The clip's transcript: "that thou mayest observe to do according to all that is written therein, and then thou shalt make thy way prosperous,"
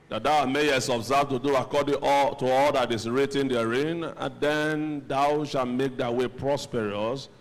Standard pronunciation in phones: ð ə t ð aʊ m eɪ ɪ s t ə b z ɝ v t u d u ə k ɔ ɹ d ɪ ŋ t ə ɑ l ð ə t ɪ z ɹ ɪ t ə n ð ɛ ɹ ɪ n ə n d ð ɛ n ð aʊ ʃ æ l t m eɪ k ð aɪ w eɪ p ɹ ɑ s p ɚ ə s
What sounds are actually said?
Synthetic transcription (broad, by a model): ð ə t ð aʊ m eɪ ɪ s ə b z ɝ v t u d u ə k ɔ d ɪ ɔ t ə ɑ l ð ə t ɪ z ɹ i t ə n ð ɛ ɹ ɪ n ə n d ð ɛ n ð aʊ ʃ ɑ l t m eɪ k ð aɪ w eɪ p ɹ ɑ s p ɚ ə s